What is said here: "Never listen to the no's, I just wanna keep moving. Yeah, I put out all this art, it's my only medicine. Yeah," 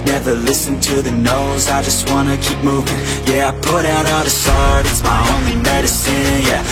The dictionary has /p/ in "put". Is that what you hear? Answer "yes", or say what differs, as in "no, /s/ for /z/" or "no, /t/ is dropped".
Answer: yes